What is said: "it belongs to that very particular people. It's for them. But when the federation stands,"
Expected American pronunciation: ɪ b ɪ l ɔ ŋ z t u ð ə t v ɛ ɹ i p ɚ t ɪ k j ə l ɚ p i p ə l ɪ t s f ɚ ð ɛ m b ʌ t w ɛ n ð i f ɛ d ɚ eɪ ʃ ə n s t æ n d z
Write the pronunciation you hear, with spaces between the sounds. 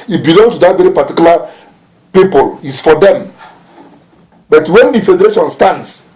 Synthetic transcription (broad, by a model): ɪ b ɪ l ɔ ŋ t u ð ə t v ɛ ɹ i p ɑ t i k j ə l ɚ p i p ə l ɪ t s f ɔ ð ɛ m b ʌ t w ɛ n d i f ɛ d ɚ eɪ ʃ ə n s t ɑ n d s